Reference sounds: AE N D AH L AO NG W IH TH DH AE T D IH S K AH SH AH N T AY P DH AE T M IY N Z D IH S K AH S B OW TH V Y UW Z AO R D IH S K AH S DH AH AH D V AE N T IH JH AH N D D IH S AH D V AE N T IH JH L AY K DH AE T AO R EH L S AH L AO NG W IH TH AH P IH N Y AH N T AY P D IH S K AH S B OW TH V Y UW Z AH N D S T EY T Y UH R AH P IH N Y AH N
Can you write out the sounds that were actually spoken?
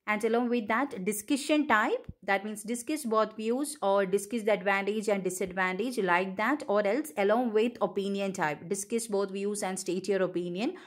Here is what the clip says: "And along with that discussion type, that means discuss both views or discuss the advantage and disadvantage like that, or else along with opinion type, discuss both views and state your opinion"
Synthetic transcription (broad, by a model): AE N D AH L AO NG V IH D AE T D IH S K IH SH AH N T AY P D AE T M IY N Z D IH S K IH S B OW T V Y UW Z AO R D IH S K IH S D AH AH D V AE N T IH JH AH N D D IH S AH D V AE N T IH JH L AY K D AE T AO R EH L S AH L AO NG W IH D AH P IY N Y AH N T AY P D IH S K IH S B OW T V Y UW Z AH N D S T EY T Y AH R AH P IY N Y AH N